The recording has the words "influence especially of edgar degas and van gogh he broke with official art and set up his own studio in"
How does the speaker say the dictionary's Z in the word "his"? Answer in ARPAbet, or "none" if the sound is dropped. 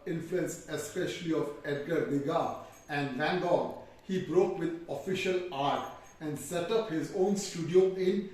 Z